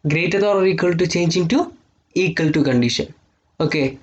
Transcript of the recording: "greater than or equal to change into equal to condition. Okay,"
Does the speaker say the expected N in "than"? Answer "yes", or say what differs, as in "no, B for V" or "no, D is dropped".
no, L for N